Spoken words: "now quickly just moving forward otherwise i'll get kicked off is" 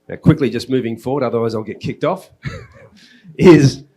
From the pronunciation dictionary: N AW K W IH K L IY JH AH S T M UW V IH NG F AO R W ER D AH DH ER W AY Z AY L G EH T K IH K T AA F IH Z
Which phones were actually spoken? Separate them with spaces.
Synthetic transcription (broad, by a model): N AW K W IH K L IY JH AH S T M UW V IH NG F AO R W ER D AH DH ER W AY Z AY L G EH T K IH K T AA F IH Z